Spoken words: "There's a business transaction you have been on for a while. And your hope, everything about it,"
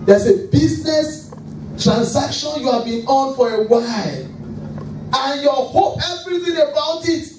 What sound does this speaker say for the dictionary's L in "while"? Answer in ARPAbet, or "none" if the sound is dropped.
L